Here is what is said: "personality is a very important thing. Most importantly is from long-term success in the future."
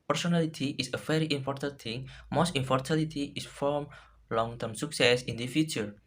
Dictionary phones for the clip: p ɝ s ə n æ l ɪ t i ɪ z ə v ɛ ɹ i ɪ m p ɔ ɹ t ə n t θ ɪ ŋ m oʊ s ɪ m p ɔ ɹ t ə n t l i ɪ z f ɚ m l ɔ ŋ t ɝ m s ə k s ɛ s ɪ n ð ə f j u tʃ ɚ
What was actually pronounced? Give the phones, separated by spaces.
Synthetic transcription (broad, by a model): p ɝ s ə n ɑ l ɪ t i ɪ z ə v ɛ ɹ i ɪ m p ɔ ɹ t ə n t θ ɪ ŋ m oʊ s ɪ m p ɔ ɹ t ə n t i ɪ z f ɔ m l ɔ ŋ t ɝ m s ə k s ɛ s ɪ n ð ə f j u tʃ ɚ